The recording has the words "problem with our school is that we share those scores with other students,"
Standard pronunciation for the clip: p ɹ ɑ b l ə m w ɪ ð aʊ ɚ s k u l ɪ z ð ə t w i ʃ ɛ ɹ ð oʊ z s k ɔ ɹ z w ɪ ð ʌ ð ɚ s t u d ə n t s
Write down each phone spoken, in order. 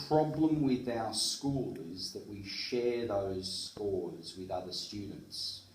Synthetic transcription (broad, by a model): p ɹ ɑ b l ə m w ɪ ð aʊ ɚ s k u l ɪ z ð ə t w i ʃ ɛ ɹ ð oʊ z s k ɔ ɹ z w ɪ ð ʌ ð ɚ s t u d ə n t s